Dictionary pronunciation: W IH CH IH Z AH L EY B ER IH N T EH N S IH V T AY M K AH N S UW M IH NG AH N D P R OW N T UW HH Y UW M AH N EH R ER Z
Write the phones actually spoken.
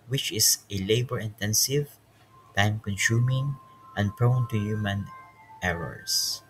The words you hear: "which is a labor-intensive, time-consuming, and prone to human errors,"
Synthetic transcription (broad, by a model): W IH CH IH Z AH L EY B ER IH N T EH N S IH V T AY M K AH N S UW M IH NG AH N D P R OW N T UW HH Y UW M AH N EH R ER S